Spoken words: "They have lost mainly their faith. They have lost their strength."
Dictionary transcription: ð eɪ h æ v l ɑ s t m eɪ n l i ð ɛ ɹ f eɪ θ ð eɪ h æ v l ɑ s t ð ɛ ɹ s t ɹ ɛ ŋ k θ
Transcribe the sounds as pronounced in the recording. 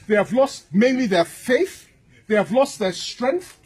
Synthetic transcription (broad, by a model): ð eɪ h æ v l ɑ s t m eɪ n l i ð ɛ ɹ f eɪ θ ð eɪ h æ v l ɑ s t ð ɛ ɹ s t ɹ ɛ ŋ k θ